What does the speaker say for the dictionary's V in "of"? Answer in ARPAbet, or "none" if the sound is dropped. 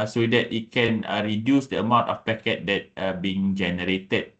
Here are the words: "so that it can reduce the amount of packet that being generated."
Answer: F